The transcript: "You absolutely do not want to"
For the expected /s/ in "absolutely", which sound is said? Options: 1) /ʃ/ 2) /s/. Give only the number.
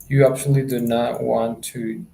1